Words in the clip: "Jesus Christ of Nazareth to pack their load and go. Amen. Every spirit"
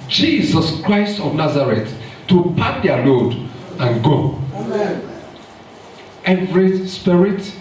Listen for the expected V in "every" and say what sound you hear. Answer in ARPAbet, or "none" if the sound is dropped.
V